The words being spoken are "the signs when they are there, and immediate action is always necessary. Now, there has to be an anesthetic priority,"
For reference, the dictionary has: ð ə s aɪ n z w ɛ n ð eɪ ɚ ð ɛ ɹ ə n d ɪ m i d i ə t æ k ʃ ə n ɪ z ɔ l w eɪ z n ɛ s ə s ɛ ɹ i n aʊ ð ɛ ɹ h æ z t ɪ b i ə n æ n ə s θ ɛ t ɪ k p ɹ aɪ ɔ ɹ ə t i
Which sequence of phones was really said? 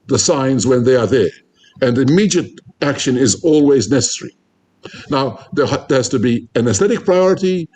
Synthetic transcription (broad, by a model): ð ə s aɪ n z w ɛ n ð eɪ ɚ ð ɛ ɹ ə n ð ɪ m i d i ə t æ k ʃ ə n ɪ z ɔ l w eɪ z n ɛ s ə s ɛ ɹ i n aʊ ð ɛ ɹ h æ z t ɪ b i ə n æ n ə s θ ɛ t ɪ k p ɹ aɪ ɔ ɹ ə t i